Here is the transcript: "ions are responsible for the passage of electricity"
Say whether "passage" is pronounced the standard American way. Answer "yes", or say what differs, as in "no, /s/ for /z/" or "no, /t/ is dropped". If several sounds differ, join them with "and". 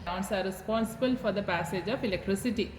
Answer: yes